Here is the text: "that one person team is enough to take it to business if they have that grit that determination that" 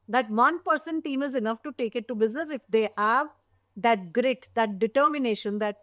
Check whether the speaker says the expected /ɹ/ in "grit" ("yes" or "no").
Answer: yes